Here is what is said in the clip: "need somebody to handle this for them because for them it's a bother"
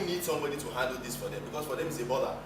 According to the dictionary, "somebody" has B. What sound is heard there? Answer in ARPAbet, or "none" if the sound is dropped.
B